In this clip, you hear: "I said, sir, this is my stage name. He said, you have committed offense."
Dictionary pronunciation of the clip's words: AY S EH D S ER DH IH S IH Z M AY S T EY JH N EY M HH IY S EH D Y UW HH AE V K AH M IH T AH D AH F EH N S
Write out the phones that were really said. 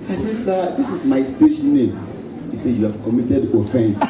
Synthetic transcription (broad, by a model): AY S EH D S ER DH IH S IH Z M AY S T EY SH N EY M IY S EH Y UW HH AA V K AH M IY T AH D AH F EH N S